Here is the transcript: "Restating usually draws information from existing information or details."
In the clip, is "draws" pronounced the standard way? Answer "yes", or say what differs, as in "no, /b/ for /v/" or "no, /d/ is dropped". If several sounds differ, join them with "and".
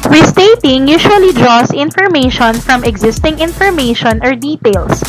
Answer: no, /s/ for /z/